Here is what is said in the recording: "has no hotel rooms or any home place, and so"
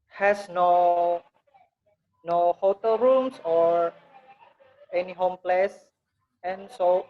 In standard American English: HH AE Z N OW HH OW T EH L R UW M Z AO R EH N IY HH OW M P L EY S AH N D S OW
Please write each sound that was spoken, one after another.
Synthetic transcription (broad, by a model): HH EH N N OW HH OW T EH L R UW M S AO R EH N IY HH OW M P L EY S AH N S OW